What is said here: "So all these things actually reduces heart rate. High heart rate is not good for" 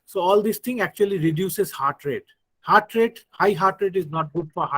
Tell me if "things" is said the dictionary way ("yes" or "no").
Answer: no